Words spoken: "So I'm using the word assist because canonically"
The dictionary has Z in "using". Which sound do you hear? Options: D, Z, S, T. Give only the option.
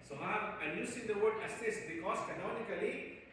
S